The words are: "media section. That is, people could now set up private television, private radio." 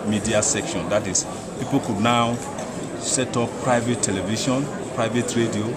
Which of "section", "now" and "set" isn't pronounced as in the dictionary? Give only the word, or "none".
none